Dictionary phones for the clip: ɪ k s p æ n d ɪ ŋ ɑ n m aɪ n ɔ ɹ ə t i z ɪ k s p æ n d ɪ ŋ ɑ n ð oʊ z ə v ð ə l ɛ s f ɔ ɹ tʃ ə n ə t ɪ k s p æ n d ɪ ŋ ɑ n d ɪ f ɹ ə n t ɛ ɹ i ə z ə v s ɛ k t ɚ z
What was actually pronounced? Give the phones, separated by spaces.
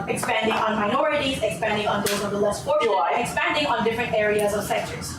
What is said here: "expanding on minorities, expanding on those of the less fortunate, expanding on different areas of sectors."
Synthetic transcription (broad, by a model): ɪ k s p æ n d ɪ ŋ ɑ n m aɪ n ɔ ɹ ə t i z ɪ k s p æ n d ɪ ŋ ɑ n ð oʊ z ə v ð ə l ɛ s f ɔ ɹ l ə ə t ɪ k s p æ n d ɪ ŋ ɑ n d ɪ f ɹ ə n t ɛ ɹ i ə z ə v s ɛ k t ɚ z